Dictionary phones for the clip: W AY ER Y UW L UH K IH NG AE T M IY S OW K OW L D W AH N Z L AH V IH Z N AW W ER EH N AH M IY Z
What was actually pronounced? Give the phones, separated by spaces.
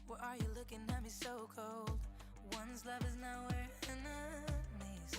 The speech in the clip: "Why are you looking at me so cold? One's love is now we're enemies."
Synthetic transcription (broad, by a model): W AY ER Y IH L UH K IH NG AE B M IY S OW K OW L D W AH N Z L AH V IH Z N AW W ER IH N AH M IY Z